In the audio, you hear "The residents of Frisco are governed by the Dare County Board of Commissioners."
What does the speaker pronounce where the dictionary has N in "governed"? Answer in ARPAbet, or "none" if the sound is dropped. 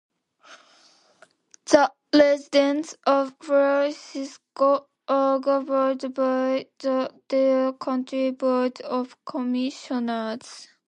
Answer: none